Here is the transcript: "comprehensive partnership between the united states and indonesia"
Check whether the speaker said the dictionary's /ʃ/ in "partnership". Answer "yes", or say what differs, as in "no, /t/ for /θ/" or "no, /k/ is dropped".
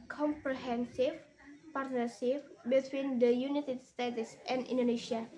no, /s/ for /ʃ/